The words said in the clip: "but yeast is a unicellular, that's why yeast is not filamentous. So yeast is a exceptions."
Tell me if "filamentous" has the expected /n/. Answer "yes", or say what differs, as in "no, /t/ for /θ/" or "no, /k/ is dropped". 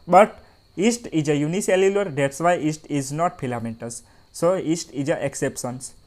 no, /n/ is dropped